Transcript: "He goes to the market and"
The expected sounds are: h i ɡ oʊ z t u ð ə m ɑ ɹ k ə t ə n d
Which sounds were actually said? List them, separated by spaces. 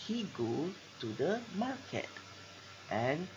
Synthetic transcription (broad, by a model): h i ɡ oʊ t u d ə m ɑ k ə t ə n